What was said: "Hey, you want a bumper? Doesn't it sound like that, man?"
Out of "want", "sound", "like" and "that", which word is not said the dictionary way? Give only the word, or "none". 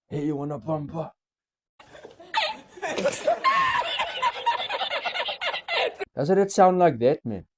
want